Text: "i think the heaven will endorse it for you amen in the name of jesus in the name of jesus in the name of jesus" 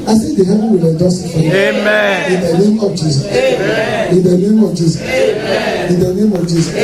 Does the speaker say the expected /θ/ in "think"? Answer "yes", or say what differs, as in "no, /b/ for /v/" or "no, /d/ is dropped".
no, /s/ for /θ/